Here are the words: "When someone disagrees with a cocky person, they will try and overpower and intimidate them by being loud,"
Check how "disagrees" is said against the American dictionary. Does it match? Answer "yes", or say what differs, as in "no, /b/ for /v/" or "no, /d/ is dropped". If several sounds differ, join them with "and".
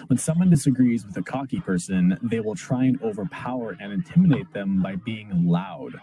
yes